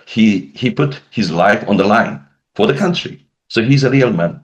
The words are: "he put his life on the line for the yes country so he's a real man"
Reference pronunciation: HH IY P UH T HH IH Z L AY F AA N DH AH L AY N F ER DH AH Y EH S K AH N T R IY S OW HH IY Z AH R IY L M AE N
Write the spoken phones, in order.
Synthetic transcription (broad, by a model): HH IY P UH T HH IH Z L AY F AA N DH AH L AY N F ER DH AH K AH N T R IY S OW HH IY Z AH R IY L M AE N